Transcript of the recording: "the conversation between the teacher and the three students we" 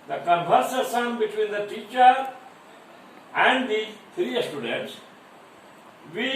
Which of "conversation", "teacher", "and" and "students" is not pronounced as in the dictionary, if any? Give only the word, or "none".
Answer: conversation